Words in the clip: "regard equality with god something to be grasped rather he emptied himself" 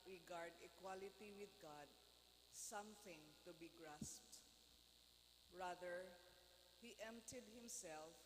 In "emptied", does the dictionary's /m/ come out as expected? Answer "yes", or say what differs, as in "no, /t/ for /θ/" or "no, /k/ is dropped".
yes